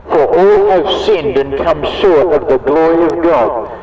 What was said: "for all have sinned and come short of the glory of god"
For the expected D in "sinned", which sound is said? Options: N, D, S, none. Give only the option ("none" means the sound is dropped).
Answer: D